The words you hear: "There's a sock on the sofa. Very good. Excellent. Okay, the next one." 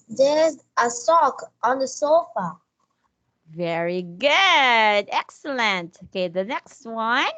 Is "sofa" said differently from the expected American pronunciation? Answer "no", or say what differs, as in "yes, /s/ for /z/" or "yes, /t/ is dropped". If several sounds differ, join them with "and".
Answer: no